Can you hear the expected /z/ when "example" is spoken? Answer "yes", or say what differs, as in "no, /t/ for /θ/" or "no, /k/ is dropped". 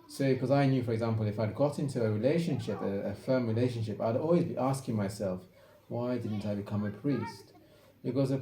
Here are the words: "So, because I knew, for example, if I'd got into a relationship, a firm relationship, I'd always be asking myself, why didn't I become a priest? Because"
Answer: yes